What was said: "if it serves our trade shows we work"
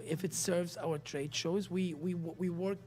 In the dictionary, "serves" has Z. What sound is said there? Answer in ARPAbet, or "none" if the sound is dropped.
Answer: Z